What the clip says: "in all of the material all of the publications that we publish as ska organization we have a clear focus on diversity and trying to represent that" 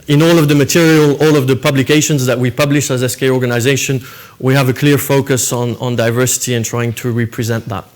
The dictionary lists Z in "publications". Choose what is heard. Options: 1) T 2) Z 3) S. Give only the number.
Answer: 2